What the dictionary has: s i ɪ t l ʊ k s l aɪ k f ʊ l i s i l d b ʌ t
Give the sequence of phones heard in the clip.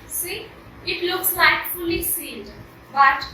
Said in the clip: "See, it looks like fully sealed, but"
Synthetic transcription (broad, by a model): s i ɪ t l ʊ k s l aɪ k f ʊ l i s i n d b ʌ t